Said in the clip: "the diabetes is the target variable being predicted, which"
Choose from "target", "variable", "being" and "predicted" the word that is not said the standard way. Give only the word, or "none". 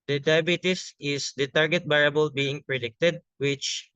variable